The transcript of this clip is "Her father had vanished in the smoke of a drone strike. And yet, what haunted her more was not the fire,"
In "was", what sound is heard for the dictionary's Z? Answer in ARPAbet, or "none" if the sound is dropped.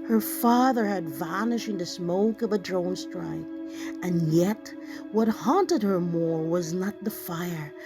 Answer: Z